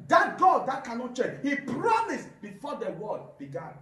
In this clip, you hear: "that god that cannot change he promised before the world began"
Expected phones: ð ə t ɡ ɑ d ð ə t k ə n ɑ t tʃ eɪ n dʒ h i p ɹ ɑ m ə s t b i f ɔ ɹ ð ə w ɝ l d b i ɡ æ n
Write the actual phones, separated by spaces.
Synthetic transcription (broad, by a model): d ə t ɡ ɑ d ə t k ə n ɑ t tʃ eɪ dʒ h i p ɹ ɑ m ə s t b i f ɔ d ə w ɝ d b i ɡ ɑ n